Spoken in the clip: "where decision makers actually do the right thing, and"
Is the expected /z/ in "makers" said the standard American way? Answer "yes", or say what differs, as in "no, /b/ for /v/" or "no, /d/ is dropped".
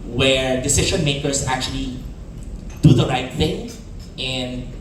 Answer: no, /s/ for /z/